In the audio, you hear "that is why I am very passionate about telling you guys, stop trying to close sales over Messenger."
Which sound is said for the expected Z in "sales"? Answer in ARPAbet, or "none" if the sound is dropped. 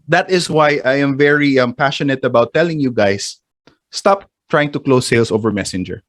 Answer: S